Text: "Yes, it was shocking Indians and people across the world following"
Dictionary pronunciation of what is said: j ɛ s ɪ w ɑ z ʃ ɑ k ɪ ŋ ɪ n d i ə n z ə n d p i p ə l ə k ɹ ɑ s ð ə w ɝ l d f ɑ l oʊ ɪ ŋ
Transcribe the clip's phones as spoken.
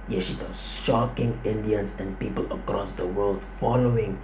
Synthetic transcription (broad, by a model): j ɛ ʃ ɪ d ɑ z ʃ ɑ k ɪ ŋ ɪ n d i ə n s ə n p i p ə l ə k ɹ ɑ s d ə w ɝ l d f ɑ l oʊ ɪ ŋ